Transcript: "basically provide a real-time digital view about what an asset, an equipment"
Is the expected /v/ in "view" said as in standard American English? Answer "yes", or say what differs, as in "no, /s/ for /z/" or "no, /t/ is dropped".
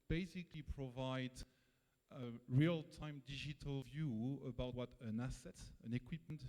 yes